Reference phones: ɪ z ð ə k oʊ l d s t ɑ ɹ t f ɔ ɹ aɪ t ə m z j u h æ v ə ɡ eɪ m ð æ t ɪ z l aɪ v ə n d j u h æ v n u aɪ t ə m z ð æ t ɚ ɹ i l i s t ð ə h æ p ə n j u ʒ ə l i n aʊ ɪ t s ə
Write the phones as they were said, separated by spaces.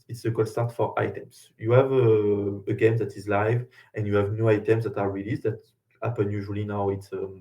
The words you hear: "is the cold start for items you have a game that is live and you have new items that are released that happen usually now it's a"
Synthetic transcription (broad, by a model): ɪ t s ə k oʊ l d s t ɑ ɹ t f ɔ ɹ aɪ t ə m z j u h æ v ə ɡ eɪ m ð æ t ɪ z l aɪ v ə n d j u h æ v n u aɪ t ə m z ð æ t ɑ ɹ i l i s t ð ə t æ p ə n j u ʒ ə l i n aʊ ɪ t s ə